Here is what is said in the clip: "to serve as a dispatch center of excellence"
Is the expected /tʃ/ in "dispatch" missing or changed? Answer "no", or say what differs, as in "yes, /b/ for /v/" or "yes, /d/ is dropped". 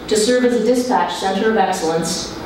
no